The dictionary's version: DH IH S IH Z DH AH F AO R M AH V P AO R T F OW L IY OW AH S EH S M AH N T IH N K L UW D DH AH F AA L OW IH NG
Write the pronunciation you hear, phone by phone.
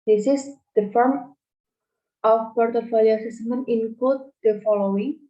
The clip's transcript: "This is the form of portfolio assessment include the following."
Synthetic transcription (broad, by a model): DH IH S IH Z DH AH F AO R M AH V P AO R T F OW L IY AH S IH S M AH N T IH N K UW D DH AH F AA L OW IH NG